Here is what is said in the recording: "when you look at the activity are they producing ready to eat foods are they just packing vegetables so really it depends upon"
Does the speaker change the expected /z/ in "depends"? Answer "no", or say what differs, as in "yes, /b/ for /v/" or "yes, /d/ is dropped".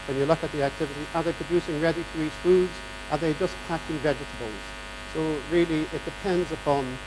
no